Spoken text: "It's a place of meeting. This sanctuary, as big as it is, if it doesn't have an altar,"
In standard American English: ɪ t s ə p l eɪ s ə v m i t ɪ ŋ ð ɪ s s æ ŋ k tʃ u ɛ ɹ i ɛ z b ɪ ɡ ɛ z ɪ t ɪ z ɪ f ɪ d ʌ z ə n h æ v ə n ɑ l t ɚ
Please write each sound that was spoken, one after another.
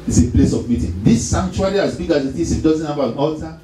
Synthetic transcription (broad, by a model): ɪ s ə p l eɪ s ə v m i t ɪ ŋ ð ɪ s s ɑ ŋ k tʃ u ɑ l i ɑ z b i ɡ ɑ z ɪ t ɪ s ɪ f d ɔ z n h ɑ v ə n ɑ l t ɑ